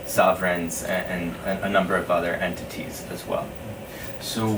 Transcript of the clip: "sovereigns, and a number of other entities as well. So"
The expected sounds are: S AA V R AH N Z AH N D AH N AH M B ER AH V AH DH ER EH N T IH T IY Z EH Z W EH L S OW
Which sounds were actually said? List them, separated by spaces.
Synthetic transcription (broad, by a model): S AA V R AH N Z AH N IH AH N AH M B ER AH V AH DH ER EH N T IH T IY Z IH Z W EH L S OW